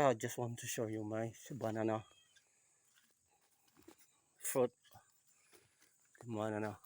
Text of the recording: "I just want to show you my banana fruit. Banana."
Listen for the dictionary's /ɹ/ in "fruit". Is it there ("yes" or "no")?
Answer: no